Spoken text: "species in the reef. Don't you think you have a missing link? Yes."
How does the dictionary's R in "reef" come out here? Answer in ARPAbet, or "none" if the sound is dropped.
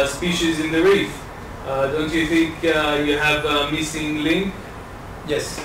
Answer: R